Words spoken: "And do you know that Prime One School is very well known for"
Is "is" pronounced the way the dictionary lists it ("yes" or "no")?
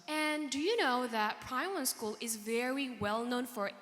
yes